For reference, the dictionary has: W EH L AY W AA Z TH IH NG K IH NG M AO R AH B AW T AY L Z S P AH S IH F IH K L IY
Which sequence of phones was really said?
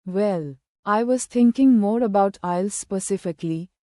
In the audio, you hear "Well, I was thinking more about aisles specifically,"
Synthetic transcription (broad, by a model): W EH L AY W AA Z T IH NG K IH NG M AO R AH B AW T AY L S P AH S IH F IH K L IY